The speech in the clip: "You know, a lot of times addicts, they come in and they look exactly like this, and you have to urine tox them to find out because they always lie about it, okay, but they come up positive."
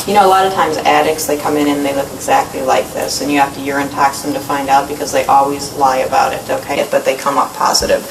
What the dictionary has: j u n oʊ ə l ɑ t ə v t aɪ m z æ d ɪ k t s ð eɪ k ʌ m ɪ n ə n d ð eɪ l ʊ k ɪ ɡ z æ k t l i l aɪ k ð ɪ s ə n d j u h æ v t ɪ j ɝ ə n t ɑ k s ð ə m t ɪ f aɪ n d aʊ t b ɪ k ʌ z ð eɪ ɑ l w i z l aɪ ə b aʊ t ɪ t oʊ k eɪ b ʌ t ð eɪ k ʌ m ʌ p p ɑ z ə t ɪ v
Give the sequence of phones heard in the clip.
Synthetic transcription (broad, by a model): j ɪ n oʊ ə l ɑ t ə v t aɪ m z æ d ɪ k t s ð eɪ k ʌ m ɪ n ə n ð eɪ l ʊ k ɪ ɡ z æ k t l i l aɪ k ð ɪ s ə n j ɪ h æ f t ɪ j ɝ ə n t ɑ k s ð ə m t ɪ f aɪ n d aʊ t b ɪ k ʌ z ð eɪ ɑ l w i z l aɪ ə b aʊ t ɪ t oʊ k eɪ b ʌ t ð eɪ k ʌ m ʌ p p ɑ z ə t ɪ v